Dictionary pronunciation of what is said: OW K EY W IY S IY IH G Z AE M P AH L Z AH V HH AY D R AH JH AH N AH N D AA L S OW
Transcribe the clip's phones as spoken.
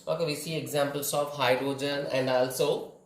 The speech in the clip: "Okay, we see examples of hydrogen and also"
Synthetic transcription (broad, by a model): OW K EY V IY S IY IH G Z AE M P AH L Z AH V HH AY D R AH JH AH N AH N D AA L S OW